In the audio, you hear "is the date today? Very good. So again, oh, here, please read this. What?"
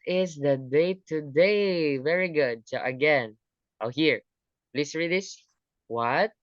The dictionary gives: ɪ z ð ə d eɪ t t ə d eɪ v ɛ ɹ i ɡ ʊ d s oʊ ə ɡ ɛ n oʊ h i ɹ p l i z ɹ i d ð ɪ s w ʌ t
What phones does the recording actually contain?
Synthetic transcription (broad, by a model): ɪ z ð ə d eɪ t t ə d eɪ v ɛ ɹ i ɡ ʊ d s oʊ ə ɡ ɛ n oʊ h i ɹ p l i s ɹ i d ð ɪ s w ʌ t